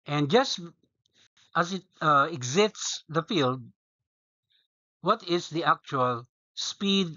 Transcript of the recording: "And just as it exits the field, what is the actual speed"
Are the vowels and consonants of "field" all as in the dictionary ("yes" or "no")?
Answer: yes